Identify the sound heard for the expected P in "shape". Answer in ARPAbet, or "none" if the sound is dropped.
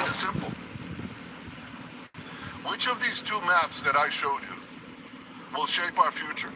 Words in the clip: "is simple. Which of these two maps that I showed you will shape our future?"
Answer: P